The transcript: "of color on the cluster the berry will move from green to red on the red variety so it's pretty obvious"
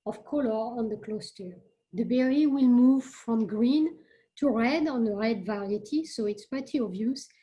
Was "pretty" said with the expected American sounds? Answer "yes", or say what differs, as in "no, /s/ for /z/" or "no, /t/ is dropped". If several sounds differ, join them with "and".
no, /ɹ/ is dropped